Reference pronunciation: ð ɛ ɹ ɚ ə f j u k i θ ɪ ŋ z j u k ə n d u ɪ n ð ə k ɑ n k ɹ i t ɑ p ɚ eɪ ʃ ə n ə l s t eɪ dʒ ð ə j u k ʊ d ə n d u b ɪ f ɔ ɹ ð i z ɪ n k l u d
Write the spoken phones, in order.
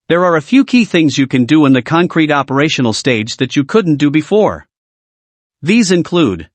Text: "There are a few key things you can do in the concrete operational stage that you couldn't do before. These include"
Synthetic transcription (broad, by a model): ð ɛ ɹ ɚ ə f j u k i θ ɪ ŋ z j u k ə n d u ɪ n ð ə k ɑ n k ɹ i t ɑ p ɚ eɪ ʃ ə n l s t eɪ dʒ ð ə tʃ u k ʊ d n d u b ɪ f ɔ ɹ ð i z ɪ n k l u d